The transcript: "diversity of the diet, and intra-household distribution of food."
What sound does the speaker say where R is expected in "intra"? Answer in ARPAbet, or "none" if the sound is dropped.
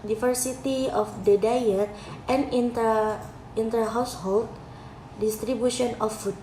none